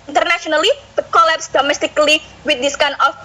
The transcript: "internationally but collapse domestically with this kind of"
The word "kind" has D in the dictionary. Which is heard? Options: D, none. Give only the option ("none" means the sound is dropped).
none